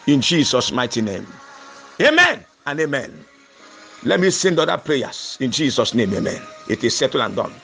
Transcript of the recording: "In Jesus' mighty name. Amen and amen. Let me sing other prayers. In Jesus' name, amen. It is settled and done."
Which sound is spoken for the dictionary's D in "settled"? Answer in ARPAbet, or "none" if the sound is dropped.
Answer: none